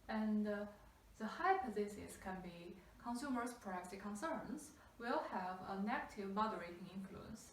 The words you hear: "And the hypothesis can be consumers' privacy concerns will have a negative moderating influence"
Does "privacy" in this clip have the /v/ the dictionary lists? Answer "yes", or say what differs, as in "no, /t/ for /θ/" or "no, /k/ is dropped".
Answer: no, /v/ is dropped